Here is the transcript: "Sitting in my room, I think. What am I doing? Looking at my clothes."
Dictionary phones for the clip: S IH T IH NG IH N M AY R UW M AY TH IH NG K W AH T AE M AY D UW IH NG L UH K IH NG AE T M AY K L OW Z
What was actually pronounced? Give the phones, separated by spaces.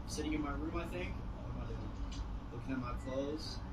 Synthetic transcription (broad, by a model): S IH T IH NG IH N M AY R UW M AY TH IH NG K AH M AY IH L UH K IH NG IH T M AY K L OW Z